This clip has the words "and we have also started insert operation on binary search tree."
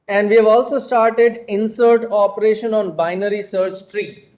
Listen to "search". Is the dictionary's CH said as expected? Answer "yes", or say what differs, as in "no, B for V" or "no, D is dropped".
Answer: yes